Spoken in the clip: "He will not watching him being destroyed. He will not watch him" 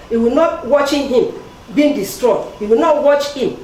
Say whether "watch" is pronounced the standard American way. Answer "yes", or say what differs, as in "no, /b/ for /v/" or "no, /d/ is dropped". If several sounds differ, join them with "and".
yes